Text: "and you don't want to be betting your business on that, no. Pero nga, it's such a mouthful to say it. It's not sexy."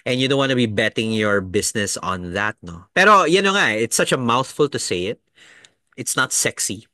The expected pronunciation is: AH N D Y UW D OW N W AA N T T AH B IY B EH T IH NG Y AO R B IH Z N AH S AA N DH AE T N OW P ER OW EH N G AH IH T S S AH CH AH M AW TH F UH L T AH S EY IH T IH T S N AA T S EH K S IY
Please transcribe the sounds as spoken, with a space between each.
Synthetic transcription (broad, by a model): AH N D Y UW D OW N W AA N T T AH B IY B EH T IH NG Y AO R B IH S N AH S AA N DH AE T N OW P ER OW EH N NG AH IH T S S AH CH AH M AW TH F UH L T AH S EY IH T IH T S N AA T S EH K S IY